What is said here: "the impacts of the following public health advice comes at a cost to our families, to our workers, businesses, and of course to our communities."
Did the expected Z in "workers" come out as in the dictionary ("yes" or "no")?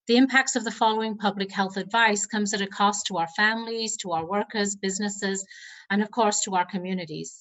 yes